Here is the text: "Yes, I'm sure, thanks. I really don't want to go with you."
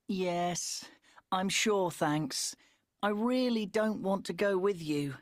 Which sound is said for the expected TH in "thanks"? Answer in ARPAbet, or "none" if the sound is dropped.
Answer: TH